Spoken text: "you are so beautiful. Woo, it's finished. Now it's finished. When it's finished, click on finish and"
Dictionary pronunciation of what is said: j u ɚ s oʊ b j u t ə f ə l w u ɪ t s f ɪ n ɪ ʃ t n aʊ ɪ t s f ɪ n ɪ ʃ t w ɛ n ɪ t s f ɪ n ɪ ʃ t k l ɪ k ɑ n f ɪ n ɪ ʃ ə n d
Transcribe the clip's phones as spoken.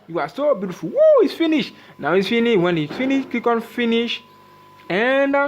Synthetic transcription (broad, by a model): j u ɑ s oʊ b j u t ə f ə l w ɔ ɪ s f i n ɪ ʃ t n aʊ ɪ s f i n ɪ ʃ w ɛ n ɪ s f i n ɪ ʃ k i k ɑ n f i n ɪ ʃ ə n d